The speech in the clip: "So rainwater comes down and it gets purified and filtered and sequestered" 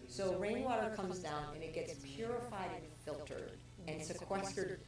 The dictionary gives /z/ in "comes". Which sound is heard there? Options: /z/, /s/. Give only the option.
/z/